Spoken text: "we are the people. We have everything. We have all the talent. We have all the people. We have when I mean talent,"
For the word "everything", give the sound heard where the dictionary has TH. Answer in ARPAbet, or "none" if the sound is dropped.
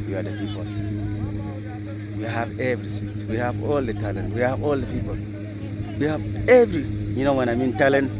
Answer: S